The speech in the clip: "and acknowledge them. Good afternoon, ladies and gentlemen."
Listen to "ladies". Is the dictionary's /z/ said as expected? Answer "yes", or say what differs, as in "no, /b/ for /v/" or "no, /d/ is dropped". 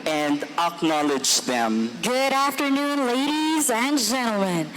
yes